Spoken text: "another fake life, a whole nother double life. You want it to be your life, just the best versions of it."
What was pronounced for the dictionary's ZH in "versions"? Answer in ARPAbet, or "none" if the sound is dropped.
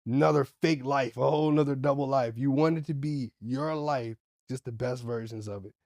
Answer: ZH